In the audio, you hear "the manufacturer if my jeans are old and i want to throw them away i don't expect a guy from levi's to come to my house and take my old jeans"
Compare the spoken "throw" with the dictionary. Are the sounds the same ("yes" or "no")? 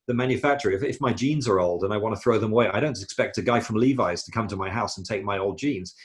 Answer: yes